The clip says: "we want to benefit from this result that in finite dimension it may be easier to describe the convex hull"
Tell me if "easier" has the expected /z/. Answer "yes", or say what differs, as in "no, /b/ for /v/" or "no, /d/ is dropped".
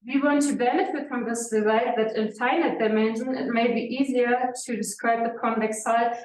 yes